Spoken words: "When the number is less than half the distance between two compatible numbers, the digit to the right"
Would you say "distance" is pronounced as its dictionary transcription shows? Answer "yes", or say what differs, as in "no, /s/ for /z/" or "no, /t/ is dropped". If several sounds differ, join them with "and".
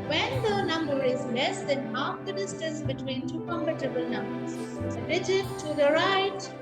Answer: no, /n/ is dropped